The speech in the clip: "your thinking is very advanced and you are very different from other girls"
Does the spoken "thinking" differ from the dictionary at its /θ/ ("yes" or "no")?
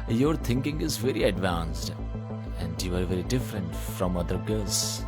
yes